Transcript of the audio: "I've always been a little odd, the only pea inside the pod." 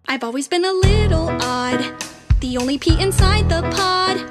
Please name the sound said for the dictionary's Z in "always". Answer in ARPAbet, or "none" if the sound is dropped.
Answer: Z